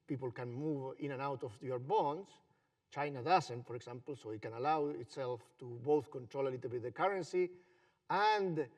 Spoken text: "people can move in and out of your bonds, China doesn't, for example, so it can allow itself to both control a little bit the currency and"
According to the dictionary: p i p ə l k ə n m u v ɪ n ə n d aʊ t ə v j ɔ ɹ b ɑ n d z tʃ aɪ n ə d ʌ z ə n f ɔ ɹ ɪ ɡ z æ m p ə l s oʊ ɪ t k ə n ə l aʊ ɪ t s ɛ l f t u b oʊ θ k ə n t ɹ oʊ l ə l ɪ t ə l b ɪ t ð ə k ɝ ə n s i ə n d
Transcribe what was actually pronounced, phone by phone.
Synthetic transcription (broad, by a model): p i p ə l k ə n m u v ɪ n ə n aʊ t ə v j ɔ ɹ b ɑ n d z tʃ aɪ n ə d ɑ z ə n f ɔ ɹ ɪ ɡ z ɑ m p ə l s oʊ ɪ t k ə n ə l aʊ ɪ t s ɛ l f t u b oʊ θ k ə n t ɹ oʊ l ə l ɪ t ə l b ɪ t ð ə k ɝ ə n s i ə n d